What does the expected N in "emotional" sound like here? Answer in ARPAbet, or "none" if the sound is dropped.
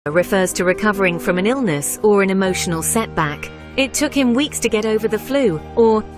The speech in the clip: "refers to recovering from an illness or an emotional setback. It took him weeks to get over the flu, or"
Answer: N